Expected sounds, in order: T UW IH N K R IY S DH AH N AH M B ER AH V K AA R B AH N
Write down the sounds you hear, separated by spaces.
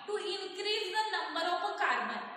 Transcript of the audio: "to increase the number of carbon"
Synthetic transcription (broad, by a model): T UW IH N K R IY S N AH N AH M ER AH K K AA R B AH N